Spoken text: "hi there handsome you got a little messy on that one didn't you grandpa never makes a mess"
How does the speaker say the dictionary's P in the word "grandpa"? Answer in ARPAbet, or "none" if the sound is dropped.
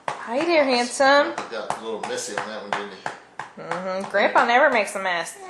P